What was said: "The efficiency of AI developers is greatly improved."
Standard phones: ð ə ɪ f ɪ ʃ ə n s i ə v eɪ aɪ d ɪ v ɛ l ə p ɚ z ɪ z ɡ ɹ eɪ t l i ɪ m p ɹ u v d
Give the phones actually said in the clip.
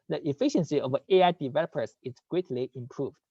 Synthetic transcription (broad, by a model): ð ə ɪ f ɪ ʃ ə n s i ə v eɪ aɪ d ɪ v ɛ l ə p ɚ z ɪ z ɡ ɹ eɪ t l i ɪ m p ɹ u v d